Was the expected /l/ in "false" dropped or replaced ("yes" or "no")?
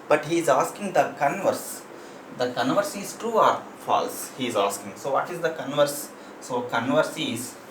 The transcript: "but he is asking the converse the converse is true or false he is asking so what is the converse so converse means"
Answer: no